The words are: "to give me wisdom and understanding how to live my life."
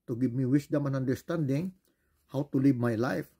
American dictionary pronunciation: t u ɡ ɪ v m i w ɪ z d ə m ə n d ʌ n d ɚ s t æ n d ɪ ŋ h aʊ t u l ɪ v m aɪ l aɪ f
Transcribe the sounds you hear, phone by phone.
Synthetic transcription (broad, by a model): t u ɡ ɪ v m i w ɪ s d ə m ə n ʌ n d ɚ s t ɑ n d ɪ ŋ h aʊ t u l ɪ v m aɪ l aɪ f